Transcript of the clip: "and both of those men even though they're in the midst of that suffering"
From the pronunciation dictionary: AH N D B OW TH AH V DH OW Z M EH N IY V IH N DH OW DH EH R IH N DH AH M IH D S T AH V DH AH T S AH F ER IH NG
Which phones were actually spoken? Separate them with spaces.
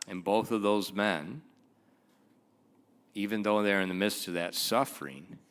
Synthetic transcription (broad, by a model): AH N B OW TH AH V DH OW Z M EH N IY V IH N DH OW DH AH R IH N DH AH M IH D S T AH V DH AH T S AH F ER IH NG